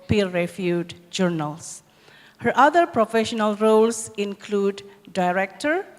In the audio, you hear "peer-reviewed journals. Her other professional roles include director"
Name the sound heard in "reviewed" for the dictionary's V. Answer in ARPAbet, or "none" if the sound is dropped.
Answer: F